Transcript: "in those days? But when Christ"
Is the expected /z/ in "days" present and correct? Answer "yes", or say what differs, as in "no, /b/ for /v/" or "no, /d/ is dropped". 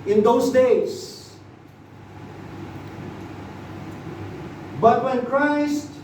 no, /s/ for /z/